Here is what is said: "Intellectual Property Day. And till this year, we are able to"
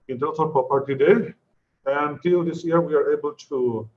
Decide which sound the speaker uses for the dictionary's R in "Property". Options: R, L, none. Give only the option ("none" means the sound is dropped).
none